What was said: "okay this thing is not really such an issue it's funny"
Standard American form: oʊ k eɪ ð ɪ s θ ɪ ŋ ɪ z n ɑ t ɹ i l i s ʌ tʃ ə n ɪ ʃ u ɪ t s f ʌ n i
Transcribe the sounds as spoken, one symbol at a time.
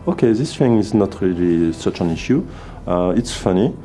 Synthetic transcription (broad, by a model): oʊ k eɪ ð ɪ s f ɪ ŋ ɪ z n ɑ t ɹ i l i s ʌ tʃ ə n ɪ ʃ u ɪ t s f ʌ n i